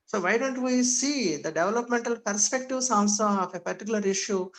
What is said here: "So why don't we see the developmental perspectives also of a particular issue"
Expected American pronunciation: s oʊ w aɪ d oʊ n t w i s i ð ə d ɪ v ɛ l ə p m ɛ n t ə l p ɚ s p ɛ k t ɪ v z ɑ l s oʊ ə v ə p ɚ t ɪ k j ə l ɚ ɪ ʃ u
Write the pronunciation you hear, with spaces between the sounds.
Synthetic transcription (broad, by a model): s oʊ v aɪ d oʊ n t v i s i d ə d ɪ v ɛ l ə p m ɛ n t ə l p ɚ s p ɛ k t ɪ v s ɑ n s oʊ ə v ə p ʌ t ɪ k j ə l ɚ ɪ ʃ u